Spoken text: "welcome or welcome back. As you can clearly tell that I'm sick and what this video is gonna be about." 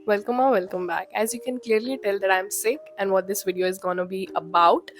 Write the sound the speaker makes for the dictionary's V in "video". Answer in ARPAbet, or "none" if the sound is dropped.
V